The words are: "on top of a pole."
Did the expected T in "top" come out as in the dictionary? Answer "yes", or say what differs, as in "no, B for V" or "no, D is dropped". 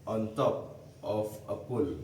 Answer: yes